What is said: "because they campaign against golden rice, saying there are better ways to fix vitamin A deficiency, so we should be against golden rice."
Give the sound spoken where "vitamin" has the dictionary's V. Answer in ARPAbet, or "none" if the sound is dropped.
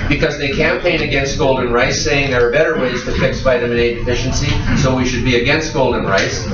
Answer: B